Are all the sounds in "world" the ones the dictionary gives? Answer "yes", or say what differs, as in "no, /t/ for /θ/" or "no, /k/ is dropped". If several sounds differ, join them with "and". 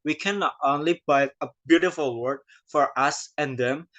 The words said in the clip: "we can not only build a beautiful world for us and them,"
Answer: no, /l/ is dropped